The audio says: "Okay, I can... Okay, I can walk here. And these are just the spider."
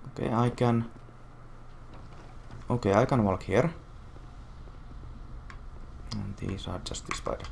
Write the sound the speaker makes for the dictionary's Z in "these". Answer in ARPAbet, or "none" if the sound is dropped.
S